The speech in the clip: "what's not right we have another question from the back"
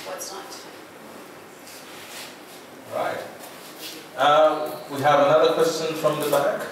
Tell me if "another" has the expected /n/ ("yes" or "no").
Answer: yes